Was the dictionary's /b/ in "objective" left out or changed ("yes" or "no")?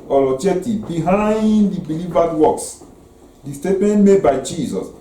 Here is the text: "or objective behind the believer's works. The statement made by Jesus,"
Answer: yes